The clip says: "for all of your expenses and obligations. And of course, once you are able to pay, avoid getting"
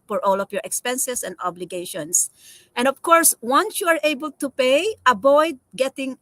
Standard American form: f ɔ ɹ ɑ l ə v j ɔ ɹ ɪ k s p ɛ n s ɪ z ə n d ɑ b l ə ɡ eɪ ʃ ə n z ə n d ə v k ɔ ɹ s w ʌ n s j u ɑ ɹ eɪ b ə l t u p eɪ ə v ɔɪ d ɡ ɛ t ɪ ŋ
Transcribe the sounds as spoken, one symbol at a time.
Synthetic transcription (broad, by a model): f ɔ ɹ ɑ l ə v j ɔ ɹ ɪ k s p ɛ n s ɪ s ə n d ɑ b l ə ɡ eɪ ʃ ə n s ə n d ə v k ɔ ɹ s w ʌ n s j u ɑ ɹ eɪ b ə l t u p eɪ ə b ɔɪ d ɡ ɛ t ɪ ŋ